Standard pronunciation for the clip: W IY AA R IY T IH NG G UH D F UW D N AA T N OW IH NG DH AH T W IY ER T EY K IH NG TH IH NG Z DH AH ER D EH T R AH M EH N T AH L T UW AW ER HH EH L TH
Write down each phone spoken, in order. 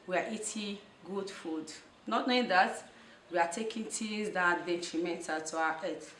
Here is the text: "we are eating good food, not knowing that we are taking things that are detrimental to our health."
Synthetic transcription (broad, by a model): W IY AA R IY T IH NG G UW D F UW D N AA T N OW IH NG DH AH T W IY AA T EY K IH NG T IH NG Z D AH D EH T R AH M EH N T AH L T UW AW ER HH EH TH